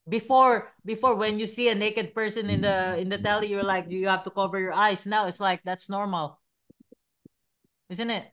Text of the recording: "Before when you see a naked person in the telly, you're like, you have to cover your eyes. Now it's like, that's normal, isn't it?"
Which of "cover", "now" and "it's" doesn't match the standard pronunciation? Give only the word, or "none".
none